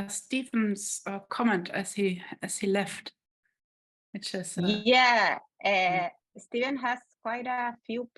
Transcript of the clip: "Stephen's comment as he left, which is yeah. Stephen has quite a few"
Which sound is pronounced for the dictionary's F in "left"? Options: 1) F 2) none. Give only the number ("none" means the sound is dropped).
1